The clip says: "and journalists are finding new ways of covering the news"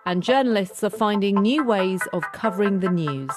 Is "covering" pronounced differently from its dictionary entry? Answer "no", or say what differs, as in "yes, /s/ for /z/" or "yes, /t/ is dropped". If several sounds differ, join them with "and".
no